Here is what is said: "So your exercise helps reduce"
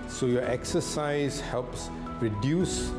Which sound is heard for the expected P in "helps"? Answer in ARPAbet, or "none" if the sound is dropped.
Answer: P